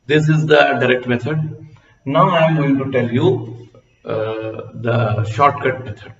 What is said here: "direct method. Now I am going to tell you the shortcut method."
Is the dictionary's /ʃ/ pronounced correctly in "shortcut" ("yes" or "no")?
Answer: yes